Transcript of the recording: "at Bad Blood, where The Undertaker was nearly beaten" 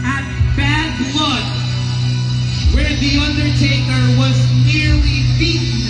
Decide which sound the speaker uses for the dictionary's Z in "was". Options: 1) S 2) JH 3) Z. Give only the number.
3